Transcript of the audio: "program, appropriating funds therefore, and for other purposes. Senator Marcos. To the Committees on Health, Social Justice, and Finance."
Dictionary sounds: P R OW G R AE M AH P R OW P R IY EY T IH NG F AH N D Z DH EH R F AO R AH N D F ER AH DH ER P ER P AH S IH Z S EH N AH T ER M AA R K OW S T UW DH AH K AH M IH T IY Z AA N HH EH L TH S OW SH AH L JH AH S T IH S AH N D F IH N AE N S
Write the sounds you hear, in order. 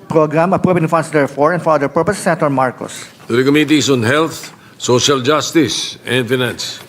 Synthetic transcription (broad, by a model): P R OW G R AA M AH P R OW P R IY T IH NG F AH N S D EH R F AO R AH N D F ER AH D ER P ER P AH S S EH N T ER M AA R K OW S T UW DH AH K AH M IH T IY S AA N HH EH L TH S OW SH AH L JH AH S T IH S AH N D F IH N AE N S